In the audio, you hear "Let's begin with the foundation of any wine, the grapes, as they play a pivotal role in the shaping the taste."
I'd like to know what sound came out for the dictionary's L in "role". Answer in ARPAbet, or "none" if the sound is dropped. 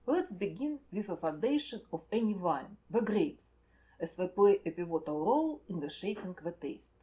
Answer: L